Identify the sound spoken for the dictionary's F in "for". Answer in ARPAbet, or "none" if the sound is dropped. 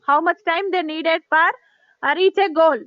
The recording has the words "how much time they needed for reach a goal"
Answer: P